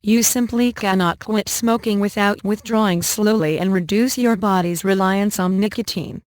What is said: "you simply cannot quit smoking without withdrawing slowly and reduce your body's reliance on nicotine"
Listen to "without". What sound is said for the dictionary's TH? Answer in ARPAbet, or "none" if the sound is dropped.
TH